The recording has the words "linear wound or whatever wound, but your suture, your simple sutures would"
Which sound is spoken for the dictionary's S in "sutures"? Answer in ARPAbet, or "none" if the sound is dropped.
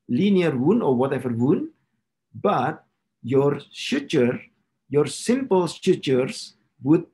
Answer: SH